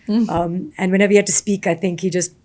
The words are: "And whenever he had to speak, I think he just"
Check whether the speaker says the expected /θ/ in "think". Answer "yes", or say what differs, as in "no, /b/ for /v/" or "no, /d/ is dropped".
yes